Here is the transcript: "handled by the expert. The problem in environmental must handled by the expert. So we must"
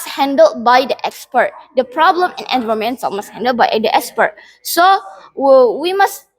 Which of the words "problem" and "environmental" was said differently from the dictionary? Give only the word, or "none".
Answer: environmental